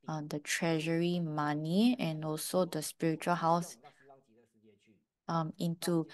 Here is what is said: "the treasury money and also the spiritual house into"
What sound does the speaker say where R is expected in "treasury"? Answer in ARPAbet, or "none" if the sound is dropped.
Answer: R